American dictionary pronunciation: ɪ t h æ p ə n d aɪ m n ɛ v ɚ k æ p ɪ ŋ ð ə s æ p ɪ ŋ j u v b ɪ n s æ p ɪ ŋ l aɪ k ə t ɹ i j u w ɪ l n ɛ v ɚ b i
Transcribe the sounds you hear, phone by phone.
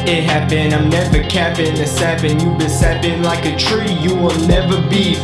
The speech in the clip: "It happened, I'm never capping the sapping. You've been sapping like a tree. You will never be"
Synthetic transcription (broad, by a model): ɪ t h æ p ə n aɪ m n ɛ v ɚ k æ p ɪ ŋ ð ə s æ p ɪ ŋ j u b ɪ n s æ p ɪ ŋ l aɪ k ə t ɹ i j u w ɪ l n ɛ v ɚ b i